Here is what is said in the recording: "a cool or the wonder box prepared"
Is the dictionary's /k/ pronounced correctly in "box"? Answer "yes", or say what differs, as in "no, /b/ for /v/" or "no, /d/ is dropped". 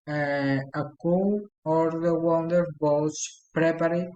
no, /k/ is dropped